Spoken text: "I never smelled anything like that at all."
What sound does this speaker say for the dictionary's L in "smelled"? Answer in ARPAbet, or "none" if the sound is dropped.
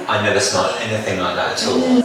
none